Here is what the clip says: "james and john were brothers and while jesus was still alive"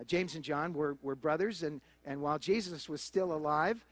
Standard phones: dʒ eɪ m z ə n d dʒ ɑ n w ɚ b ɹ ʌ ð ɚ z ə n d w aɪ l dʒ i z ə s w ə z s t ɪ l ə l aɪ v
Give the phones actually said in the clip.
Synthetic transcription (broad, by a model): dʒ eɪ m z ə n dʒ ɑ n w ɚ b ɹ ʌ ð ɚ z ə n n w aɪ l dʒ i z ə s w ə z s t ɪ l ə l aɪ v